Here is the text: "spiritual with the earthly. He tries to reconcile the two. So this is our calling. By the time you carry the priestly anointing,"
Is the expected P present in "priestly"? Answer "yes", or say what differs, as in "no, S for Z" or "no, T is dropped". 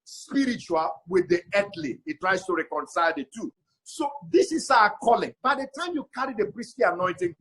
no, B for P